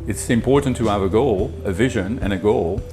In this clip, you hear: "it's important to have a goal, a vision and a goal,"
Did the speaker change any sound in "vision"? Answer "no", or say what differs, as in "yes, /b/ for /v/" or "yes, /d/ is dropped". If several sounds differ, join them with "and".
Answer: no